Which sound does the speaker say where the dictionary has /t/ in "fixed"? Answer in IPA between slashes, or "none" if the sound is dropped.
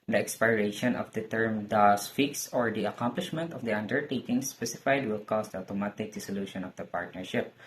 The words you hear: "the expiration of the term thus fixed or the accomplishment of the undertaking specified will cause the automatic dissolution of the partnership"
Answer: none